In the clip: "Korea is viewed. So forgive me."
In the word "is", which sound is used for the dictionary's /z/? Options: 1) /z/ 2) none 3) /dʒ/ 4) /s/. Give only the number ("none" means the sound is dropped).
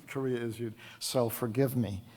1